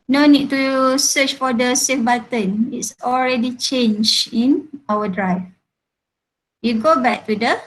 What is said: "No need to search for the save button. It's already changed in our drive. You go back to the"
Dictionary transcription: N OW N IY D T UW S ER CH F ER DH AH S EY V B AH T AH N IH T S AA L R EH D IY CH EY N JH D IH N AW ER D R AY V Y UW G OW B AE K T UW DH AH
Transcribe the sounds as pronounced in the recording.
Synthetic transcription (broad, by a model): N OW N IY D T UW S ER CH F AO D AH S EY F B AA T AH N IH T S AA L R EH D IY CH EY N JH IH N AW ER D R AY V Y UW G OW B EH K T UW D AH